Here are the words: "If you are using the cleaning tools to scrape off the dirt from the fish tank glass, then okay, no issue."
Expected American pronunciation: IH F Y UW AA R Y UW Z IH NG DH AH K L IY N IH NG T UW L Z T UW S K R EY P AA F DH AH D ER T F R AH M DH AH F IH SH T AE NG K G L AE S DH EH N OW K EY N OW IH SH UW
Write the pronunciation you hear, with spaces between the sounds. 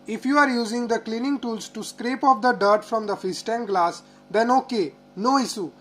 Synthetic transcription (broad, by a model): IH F Y UW AA R Y UW Z IH NG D AH K L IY N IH NG T UW L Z T UW S K R EY P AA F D AH D ER T F R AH M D AH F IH S T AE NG G L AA S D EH N OW K EY N OW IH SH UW